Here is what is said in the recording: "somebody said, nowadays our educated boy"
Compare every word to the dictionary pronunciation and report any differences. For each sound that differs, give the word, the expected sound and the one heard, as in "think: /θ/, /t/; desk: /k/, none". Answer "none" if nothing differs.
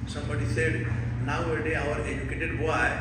nowadays: /z/, none